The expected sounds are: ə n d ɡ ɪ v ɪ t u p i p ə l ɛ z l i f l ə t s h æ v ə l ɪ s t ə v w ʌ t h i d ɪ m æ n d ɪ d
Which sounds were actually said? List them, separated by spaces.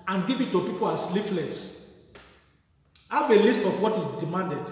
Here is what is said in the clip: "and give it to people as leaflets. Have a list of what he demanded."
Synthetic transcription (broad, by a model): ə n ɡ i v ɪ t u p i p ə l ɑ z l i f l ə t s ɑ b ə l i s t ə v w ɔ t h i d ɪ m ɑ n d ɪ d